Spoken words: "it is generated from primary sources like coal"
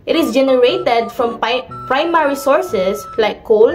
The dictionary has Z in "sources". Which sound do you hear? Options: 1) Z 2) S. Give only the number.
2